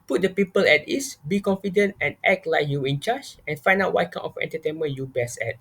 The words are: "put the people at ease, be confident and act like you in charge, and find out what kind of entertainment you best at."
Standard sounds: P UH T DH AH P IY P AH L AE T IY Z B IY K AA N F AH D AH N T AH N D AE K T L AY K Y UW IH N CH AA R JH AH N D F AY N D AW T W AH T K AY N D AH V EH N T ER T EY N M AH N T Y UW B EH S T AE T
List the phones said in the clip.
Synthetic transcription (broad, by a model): P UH T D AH P IY P AH L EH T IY S B IY K AA N F AH D AH N T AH N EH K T L AY K Y UW IH N CH AA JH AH N F AY N D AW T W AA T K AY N AH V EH N T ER T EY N M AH N Y UW B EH S EH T